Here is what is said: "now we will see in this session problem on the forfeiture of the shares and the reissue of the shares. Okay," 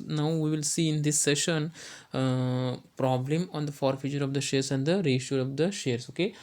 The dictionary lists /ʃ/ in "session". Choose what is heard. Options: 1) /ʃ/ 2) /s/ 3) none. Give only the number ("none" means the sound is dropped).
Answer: 1